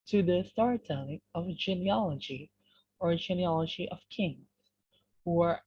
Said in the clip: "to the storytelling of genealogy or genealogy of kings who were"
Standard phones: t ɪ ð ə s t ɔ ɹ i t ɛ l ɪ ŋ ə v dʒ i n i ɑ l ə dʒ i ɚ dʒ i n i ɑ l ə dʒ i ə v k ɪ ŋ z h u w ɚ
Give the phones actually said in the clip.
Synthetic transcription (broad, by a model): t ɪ ð ə s t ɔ ɹ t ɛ n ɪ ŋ ə v dʒ i n i ɑ l ə dʒ i ɚ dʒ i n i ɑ l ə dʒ i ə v k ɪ ŋ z h u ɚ